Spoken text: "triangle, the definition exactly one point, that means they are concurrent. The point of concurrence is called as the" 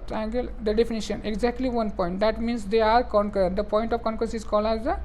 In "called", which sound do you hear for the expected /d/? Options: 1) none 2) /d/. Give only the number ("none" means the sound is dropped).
1